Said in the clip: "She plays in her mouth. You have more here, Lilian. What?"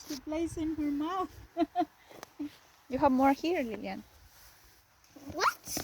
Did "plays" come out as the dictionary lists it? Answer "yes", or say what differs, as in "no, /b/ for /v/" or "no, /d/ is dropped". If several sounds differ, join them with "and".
no, /s/ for /z/